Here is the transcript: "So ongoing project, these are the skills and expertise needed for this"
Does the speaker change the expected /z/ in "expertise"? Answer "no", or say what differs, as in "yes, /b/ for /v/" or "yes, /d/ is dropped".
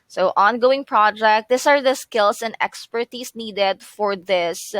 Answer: yes, /s/ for /z/